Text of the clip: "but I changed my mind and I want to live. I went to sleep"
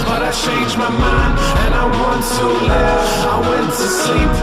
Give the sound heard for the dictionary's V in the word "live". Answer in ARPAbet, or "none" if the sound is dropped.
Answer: none